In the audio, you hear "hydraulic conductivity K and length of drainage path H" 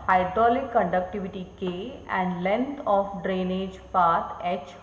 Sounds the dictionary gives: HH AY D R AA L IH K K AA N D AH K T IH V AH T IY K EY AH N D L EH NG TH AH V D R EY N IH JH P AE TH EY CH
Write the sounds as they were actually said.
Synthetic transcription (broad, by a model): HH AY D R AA L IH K K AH N D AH K T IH V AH T IY K EY AH N D L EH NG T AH F D R EY N IH JH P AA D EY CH